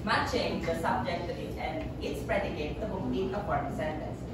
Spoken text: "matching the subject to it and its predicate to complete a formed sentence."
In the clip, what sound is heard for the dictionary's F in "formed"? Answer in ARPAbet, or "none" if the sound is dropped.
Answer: P